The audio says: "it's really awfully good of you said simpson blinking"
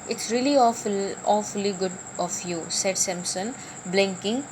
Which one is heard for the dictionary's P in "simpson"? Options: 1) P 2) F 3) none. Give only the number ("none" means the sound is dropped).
3